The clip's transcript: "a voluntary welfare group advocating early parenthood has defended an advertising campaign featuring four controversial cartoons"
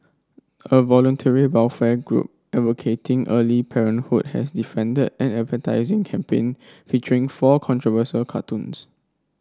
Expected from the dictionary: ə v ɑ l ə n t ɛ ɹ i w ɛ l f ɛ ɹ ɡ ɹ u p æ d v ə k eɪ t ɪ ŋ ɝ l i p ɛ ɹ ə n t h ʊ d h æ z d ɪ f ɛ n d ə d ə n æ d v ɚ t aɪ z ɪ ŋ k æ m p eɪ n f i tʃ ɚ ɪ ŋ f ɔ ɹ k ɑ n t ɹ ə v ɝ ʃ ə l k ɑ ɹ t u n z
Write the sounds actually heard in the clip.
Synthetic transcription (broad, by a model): ə v ɑ l ə n t ɛ ɹ i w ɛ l f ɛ ɡ ɹ u p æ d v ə k eɪ t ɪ ŋ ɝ l i p ɛ ɹ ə n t h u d h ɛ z d ɪ f ɛ n d ə d ə n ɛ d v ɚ t aɪ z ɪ ŋ k æ m p eɪ n f i tʃ ɚ ɪ ŋ f ɔ k ɑ n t ɹ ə v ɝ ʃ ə l k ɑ t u n s